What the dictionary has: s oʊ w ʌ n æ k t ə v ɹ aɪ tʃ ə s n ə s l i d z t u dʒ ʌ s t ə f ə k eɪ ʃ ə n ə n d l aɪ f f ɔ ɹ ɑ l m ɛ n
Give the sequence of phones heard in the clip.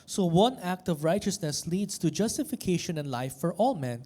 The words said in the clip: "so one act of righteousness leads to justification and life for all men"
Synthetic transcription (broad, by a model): s oʊ w ʌ n æ k t ə v ɹ aɪ tʃ ə s n ə s l i d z t u dʒ ʌ s t ə f ə k eɪ ʃ ə n ə n d l aɪ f f ɔ ɹ ɑ l m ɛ n